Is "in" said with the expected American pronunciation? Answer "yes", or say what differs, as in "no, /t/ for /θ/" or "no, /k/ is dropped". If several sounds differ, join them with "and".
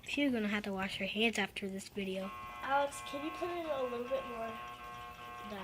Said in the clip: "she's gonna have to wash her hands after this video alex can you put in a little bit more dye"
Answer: no, /l/ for /n/